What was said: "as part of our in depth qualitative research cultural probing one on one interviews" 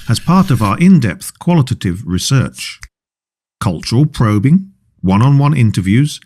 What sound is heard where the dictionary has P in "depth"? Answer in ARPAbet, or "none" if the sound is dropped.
P